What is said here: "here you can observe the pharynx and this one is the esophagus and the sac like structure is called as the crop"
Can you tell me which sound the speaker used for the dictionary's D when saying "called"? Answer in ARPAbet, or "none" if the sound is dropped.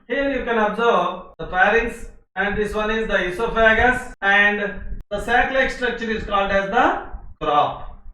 D